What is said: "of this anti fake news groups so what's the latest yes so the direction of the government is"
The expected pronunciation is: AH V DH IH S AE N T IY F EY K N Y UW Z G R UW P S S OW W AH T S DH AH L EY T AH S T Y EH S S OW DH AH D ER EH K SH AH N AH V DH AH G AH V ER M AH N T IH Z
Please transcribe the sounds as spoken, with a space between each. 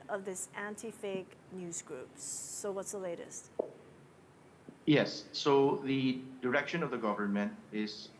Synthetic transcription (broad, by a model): AH V DH IH S AE N T IY F EY K N Y UW Z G R UW P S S OW W AH T S DH AH L EY T AH S T Y EH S S OW DH AH D ER EH K SH AH N AH V DH AH G AH V ER M AH N T IH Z